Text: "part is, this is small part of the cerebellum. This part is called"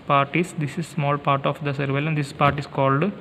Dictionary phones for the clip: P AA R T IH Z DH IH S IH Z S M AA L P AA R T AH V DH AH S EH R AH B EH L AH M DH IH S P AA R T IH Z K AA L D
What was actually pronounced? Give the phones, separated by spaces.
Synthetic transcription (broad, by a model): P AA R T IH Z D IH S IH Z S M AA L P AA R T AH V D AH S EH R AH IH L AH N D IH S P AA R T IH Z K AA L D